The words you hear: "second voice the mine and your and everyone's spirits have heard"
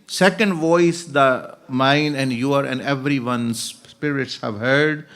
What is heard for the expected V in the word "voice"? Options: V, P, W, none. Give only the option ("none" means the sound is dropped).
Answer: V